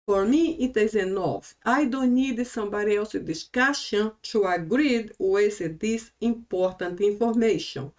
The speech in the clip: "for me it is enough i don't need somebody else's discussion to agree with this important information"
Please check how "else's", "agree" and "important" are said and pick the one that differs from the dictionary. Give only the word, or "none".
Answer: else's